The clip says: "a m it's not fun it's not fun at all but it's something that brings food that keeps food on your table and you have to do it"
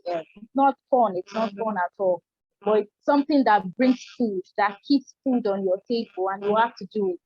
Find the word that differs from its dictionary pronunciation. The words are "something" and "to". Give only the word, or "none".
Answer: none